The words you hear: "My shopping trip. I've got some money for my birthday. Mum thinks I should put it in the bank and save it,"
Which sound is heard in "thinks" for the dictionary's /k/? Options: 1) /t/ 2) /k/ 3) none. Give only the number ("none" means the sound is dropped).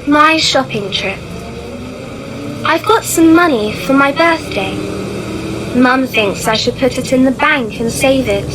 2